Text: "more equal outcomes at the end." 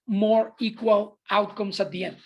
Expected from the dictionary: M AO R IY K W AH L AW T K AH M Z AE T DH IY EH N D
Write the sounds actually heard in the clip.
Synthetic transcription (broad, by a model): M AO R IY K W AH L AW T K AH M S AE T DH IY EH N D